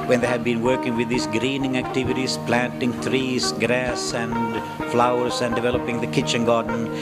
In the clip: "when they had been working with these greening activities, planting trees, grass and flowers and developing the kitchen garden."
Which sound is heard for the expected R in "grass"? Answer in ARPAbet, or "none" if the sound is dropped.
R